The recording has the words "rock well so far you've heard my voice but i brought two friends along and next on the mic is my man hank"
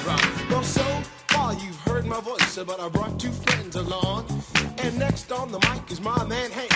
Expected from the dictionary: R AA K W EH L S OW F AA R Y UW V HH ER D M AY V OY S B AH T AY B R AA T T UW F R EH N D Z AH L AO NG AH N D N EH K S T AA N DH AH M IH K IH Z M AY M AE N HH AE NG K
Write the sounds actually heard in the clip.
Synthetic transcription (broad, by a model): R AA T W EH L S OW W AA L Y UW V HH ER D M AY V OY S B AH T AY B R AA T T UW F R EH N D Z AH L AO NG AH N N EH K S T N DH AH M IH K IH Z M AY M AE N HH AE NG